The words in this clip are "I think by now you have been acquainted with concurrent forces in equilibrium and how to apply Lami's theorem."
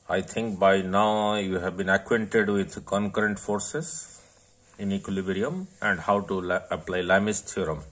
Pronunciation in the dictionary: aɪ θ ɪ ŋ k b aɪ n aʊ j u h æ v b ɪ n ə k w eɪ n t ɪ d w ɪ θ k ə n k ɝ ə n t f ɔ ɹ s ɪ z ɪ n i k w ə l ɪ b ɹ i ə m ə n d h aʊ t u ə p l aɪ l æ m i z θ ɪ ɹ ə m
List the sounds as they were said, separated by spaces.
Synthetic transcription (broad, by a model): aɪ t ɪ ŋ k b aɪ n aʊ j u h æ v b ɪ n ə k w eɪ n t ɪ d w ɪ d k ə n k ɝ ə n t f ɔ ɹ s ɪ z ɪ n i k w ə l ɪ b ɹ i ə m ə n d h aʊ t u ə p l aɪ l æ m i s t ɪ ɹ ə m